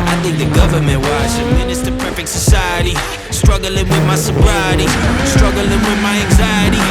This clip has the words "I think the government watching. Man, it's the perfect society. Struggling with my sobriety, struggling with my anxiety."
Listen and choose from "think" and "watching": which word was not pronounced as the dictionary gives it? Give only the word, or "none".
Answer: watching